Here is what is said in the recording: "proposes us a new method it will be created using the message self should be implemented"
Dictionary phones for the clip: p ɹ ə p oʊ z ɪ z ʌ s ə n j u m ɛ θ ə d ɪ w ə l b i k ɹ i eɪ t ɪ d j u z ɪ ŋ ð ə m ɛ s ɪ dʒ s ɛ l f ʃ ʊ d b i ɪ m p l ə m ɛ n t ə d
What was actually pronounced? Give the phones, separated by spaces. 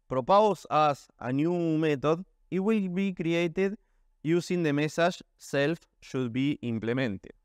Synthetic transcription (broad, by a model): p ɹ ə p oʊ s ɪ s ə n j u m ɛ t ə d ɪ w ə l b i k ɹ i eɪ t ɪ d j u s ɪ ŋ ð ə m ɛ s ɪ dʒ s ɛ l f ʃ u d b i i m p l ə m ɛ n t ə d